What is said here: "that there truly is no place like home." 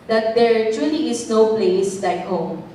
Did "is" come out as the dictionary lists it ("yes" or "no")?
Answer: no